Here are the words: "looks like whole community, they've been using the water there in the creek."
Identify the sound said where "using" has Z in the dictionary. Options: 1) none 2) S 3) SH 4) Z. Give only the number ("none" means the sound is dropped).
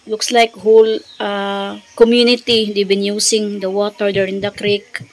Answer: 2